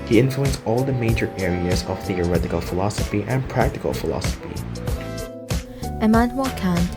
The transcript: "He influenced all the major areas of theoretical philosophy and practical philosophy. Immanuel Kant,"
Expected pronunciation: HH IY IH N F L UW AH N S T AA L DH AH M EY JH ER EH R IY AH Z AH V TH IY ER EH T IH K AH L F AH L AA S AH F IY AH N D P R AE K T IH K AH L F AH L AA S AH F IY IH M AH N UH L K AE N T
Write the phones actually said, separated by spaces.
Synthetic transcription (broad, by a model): HH IY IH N F L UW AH N S AA L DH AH M EY JH ER EH R IY AH Z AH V TH IY ER EH T IH K AH L F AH L AA S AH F IY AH N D P R AE K T IH K AH L F AH L AA S AH F IY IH M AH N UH K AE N